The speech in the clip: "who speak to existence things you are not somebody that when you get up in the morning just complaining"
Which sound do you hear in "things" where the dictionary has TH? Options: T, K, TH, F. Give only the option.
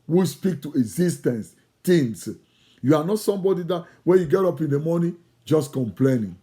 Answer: T